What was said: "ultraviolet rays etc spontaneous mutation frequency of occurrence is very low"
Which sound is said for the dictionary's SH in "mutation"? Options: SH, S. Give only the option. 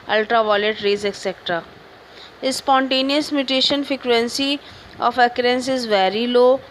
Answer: SH